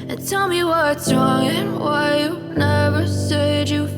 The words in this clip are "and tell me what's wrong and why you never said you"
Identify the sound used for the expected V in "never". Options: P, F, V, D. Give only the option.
V